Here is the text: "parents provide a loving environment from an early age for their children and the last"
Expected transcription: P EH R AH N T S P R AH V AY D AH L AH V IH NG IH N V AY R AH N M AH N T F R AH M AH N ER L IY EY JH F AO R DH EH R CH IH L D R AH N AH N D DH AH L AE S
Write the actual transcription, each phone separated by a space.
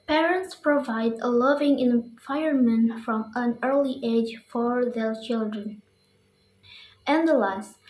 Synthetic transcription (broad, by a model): P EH R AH N T S P R AH V AY D AH L AH V IH NG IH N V AY AH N M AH N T F R AH M AH N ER L IY EY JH F AO R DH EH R CH IH L D R AH N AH N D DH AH L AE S